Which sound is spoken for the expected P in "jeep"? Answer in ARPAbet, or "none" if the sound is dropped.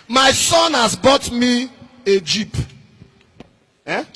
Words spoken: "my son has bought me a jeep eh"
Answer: P